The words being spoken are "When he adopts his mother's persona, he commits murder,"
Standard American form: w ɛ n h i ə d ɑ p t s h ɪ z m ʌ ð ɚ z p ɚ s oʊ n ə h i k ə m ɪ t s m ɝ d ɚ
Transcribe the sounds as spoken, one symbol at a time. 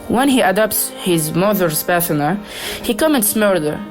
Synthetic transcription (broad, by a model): w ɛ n h i ə d ɑ p t s h ɪ z m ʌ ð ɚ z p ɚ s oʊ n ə h i k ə m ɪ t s m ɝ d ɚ